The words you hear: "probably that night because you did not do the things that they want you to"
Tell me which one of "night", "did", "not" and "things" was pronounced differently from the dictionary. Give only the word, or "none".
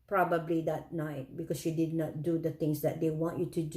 things